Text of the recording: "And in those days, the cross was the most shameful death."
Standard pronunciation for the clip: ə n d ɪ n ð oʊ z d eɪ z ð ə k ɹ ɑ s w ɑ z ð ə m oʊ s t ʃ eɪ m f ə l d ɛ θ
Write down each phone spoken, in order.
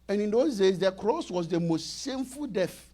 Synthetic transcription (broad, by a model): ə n ɪ n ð oʊ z d eɪ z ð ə k ɹ ɑ s w ɑ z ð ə m oʊ s t s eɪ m f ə l d ɛ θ